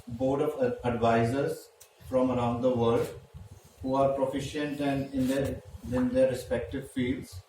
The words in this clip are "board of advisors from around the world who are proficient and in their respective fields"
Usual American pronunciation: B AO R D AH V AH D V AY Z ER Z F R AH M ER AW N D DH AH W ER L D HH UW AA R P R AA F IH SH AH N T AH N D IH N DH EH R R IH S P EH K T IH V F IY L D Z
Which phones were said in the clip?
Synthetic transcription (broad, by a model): B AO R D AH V AH D V AY Z ER Z F R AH M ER AW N D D AH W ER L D HH UW AA R P R AA F IH SH AH N T AH N D IH N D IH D R IH S P EH K T IH V F IY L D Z